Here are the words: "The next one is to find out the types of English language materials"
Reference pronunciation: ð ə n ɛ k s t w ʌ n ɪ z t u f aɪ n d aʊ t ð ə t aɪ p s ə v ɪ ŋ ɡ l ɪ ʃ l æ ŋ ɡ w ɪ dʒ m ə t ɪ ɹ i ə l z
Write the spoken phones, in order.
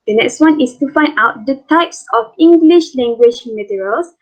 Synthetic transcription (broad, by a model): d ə n ɛ k s t w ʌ n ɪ s t u f aɪ n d aʊ t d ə t aɪ p s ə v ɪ ŋ ɡ l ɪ ʃ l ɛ ŋ ɡ w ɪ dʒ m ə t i ɹ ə l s